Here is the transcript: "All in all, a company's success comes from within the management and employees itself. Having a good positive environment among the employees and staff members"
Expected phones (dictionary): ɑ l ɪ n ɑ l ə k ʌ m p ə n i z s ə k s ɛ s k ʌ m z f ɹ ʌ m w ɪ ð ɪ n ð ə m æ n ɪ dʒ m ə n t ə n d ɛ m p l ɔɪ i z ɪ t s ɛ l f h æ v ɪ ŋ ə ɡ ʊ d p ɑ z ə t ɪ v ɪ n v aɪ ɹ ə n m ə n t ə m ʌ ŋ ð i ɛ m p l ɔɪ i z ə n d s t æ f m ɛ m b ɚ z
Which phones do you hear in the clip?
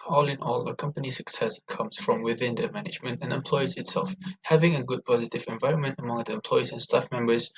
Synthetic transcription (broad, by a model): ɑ l ɪ n ɑ l ə k ʌ m p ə n i s ə k s ɛ s k ʌ m z f ɹ ʌ m w ɪ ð ɪ n ð ə m æ n ɪ dʒ m ə n t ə n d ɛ m p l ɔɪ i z ɪ t s ɛ l f h æ v ɪ ŋ ə ɡ ʊ d p ɑ z ə t ɪ v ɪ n v aɪ ɹ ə n m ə n t ə m ʌ ŋ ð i ɛ m p l ɔɪ i z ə n s t æ f m ɛ m b ɚ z